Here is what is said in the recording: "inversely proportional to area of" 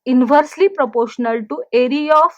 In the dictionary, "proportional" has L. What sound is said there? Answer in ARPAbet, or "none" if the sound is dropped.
L